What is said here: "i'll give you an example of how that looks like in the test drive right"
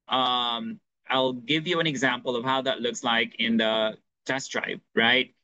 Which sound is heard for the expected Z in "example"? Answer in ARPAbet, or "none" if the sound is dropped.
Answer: Z